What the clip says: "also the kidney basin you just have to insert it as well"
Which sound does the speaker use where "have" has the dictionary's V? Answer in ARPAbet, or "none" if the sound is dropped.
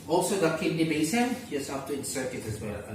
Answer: F